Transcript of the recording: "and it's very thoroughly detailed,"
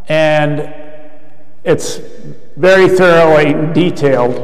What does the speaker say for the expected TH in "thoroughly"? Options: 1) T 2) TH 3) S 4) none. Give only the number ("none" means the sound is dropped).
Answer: 2